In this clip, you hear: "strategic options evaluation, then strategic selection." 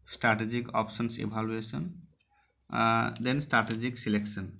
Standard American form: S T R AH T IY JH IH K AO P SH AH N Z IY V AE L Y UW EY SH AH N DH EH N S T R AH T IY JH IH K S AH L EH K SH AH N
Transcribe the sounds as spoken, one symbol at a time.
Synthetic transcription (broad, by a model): S T R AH T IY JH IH K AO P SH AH N S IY B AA L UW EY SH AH N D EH N S T R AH T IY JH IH K S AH L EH K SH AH N